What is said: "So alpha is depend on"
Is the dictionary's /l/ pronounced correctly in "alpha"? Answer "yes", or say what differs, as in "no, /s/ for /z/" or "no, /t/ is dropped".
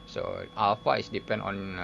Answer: no, /w/ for /l/